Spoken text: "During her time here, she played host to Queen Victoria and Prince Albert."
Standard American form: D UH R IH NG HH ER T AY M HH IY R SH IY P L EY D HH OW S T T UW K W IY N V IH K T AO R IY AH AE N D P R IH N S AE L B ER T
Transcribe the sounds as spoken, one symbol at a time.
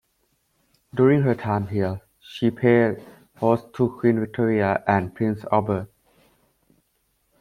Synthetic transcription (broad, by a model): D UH R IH NG HH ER T AY M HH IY L SH IY P EY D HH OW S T T UW K W IY N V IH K T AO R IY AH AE N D P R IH N S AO B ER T